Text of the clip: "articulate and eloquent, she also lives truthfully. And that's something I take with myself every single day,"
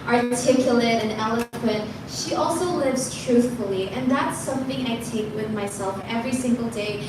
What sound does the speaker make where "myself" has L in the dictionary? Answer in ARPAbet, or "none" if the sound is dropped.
L